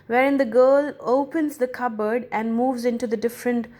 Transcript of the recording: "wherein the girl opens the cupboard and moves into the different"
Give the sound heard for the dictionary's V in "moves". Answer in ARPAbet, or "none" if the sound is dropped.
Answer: V